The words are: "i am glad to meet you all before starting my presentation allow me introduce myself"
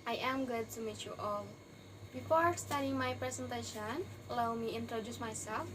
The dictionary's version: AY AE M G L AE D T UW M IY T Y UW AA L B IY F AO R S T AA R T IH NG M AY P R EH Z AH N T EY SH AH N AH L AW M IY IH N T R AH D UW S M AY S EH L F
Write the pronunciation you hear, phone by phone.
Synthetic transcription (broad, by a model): AY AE M G UH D T UW M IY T Y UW AA L B IY F AO R S T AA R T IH NG M AY P R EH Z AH N T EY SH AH N L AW M IY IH N T R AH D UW S M AY S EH L F